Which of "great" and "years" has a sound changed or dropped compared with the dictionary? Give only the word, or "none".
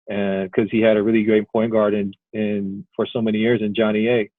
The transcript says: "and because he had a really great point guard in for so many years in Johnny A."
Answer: none